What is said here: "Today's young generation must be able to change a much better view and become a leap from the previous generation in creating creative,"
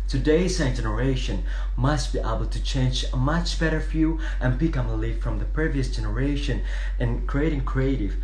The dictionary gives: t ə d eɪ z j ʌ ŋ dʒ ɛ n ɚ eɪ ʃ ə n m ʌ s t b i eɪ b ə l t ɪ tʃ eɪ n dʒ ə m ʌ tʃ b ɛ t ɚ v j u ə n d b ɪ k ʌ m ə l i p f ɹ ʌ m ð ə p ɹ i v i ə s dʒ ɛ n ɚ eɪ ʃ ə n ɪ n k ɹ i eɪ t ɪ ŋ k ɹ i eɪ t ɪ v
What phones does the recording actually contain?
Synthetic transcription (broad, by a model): t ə d eɪ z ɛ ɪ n dʒ ɛ n ɚ eɪ ʃ ə n m ʌ s t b i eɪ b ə l t ɪ tʃ eɪ n dʒ ə m ʌ tʃ b ɛ t ɚ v j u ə n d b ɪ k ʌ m ə l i f f ɹ ʌ m ð ə p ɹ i v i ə s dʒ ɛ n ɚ eɪ ʃ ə n ɪ n k ɹ i eɪ t ɪ ŋ k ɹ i eɪ t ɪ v